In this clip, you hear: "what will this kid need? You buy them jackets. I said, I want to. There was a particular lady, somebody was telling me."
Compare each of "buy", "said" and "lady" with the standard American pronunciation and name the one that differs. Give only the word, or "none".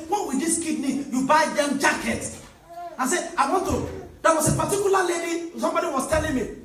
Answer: said